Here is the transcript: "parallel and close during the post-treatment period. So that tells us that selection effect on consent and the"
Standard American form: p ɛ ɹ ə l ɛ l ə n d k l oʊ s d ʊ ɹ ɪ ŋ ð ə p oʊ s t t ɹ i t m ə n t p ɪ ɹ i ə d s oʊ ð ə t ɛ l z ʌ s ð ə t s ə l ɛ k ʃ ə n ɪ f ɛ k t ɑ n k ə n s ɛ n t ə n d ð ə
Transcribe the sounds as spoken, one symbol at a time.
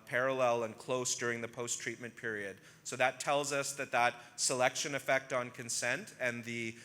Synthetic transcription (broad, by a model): p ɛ ɹ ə l ɛ l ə n k l oʊ s d ʊ ɹ ɪ ŋ ð ə p oʊ s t t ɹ i t m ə n p ɪ ɹ i ə d s oʊ ð ə t ɛ l z ʌ s ð ə t s ə l ɛ k ʃ ə n ɪ f ɛ k t n k ə n s ɛ n t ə n ð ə